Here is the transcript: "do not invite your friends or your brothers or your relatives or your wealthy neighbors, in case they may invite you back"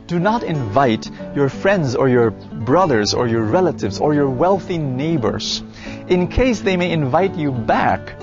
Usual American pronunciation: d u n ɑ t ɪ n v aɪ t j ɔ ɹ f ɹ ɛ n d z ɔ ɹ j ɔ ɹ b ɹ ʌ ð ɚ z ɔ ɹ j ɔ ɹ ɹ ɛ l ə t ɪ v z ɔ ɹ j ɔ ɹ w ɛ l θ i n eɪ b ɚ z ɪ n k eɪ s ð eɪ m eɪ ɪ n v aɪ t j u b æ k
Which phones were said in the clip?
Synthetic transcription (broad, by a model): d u n ɑ t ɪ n v aɪ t j ɔ ɹ f ɹ ɛ n d z ɔ ɹ j ɔ ɹ b ɹ ʌ ð ɚ z ɔ ɹ j ɔ ɹ ɹ ɛ l ə t ɪ v z ɔ ɹ j ɔ ɹ w ɛ l θ i n eɪ b ɚ z ɪ n k eɪ s ð eɪ m eɪ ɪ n v aɪ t j u b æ k